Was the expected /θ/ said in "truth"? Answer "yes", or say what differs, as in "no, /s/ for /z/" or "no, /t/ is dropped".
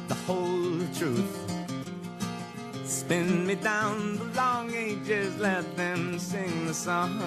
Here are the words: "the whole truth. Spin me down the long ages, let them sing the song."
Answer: yes